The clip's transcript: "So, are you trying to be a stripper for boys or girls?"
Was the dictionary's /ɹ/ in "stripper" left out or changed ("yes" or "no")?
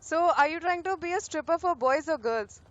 no